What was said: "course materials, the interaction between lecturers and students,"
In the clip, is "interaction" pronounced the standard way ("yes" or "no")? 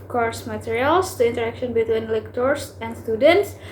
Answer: yes